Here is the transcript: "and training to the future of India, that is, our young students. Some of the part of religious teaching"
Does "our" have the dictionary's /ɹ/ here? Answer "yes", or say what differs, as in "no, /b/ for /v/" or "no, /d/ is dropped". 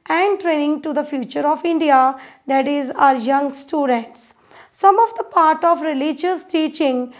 yes